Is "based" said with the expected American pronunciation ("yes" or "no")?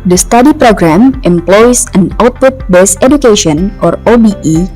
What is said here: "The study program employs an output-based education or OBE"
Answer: no